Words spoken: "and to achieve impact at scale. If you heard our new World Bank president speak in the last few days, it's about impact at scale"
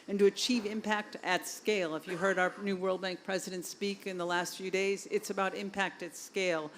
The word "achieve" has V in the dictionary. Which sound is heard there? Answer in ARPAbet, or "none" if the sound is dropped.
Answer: V